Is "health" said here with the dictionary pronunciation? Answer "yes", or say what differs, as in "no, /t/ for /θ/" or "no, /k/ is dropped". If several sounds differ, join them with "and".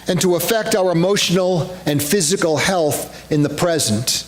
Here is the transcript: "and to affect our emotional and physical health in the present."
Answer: yes